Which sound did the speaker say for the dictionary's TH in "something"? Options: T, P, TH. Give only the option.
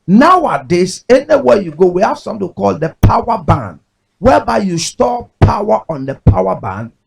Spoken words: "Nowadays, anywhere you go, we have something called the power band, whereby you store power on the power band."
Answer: T